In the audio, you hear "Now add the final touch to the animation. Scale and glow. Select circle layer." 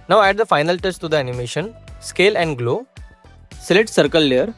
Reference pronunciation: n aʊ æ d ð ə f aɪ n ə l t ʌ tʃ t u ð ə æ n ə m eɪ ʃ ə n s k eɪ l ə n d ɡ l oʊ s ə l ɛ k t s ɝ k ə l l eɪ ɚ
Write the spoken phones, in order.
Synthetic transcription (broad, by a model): n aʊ æ d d ə f aɪ n ə l t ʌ s t u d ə æ n ə m eɪ ʃ ə n s k eɪ l ə n d ɡ l oʊ s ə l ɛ t s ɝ k ə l l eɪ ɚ